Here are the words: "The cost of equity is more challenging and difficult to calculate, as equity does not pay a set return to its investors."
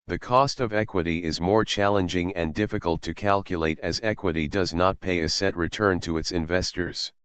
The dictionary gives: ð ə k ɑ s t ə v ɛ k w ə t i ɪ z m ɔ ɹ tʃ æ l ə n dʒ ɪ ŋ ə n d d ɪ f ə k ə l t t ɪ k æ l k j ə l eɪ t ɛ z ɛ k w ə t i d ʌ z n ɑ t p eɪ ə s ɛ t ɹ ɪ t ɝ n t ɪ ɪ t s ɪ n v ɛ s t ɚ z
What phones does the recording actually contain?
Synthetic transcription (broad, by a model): ð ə k ɑ s t ə v ɛ k w ə t i ɪ z m ɔ ɹ tʃ æ l ə n dʒ ɪ ŋ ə n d d ɪ f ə k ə l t t ɪ k æ l k j ə l eɪ t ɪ z ɛ k w ə t i d ʌ z n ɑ t p eɪ ə s ɛ t ɹ ɪ t ɝ n t ɪ ɪ t s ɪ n v ɛ s t ɚ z